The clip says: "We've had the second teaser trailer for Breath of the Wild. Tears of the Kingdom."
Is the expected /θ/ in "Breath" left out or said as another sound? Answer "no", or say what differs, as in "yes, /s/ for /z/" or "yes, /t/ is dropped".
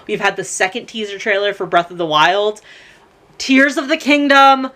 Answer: no